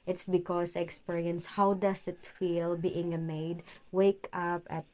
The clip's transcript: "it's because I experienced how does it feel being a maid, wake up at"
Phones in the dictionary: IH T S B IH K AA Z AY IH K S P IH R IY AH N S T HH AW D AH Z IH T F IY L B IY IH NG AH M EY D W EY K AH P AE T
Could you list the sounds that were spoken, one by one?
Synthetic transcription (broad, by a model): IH T S B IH K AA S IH K S P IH R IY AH N S HH AW D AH S IH T F IY L B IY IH NG AH M EY D W EY K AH P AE T